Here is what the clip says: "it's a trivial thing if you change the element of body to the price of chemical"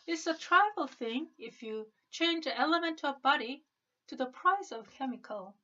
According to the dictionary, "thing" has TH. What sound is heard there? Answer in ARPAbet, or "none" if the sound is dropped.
TH